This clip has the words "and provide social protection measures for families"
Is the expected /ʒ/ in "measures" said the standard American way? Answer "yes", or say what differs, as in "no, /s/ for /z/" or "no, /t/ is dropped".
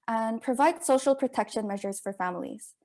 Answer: yes